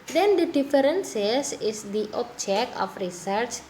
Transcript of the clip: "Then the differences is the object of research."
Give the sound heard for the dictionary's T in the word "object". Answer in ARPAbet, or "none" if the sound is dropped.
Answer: none